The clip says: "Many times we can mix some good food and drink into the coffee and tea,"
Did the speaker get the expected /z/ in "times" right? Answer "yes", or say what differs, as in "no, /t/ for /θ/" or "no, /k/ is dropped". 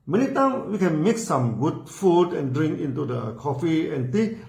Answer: no, /z/ is dropped